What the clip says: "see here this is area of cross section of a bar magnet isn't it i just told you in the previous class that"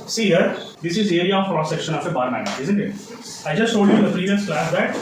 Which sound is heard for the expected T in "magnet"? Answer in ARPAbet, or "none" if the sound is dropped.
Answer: none